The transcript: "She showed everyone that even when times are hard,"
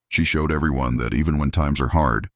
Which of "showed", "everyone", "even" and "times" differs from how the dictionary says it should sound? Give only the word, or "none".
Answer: none